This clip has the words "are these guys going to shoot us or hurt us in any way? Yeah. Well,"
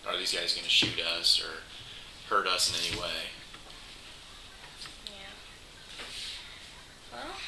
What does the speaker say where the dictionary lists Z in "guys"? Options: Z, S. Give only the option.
Z